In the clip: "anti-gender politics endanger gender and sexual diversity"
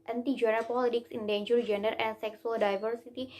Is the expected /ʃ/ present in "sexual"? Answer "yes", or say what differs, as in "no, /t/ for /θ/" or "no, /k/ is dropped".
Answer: no, /s/ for /ʃ/